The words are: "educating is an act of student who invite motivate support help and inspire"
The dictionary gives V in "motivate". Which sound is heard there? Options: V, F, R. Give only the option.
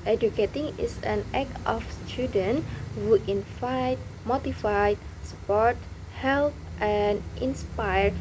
F